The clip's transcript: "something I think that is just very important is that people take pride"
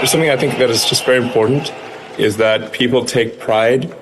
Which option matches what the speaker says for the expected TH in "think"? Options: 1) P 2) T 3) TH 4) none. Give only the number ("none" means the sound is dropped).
3